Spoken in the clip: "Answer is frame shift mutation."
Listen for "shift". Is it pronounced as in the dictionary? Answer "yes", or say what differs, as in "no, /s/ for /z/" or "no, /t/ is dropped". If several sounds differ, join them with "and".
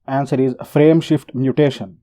yes